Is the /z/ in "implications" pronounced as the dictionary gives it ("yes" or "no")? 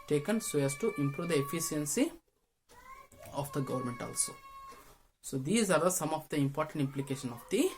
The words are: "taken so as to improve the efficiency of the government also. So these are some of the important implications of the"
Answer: no